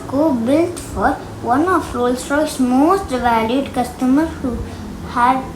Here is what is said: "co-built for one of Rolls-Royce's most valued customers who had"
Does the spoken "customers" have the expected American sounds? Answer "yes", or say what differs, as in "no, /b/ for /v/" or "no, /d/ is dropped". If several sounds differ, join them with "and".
no, /z/ is dropped